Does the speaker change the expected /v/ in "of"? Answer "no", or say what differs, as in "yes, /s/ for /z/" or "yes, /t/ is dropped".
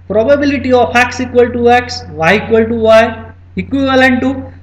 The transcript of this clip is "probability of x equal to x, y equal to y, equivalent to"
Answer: yes, /p/ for /v/